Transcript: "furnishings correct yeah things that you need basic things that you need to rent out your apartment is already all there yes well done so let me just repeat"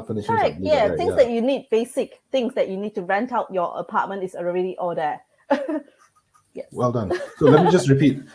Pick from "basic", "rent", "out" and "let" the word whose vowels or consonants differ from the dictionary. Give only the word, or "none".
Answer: none